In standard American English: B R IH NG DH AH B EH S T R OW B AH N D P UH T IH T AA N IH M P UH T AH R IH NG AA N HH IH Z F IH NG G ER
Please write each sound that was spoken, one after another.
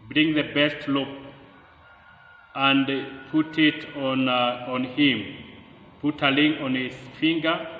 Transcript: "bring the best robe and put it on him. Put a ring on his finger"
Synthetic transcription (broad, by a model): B R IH NG DH AH B EH S T L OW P AH N D P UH T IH T AA N IH M P UH T AH L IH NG AA N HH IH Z F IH NG G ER